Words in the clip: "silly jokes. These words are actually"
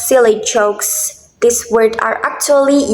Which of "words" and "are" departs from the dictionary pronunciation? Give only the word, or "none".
words